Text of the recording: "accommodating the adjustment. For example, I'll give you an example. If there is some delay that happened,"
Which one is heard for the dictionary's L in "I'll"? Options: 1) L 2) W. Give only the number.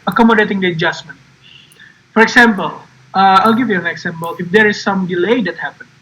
1